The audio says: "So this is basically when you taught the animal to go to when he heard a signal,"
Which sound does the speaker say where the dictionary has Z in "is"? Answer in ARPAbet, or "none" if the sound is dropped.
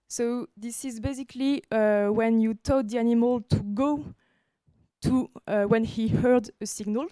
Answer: Z